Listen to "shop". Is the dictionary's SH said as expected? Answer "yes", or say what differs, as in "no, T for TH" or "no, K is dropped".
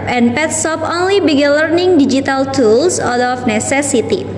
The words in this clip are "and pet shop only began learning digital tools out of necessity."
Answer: no, S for SH